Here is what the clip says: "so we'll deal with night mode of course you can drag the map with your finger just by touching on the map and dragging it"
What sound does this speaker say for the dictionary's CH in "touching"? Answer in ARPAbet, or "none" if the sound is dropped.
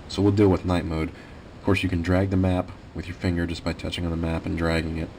CH